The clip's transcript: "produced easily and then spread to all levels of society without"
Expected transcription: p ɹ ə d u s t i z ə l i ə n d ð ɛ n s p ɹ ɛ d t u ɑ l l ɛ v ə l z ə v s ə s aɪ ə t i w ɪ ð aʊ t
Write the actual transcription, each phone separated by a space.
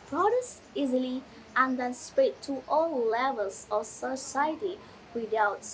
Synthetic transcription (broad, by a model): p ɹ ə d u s i z ə l i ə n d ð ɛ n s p ɛ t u ɑ l l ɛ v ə l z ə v s ə s aɪ ə t i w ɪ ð aʊ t